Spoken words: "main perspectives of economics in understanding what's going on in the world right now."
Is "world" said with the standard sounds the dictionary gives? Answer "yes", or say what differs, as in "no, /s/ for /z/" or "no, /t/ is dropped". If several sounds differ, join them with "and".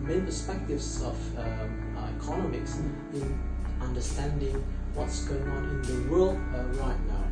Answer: yes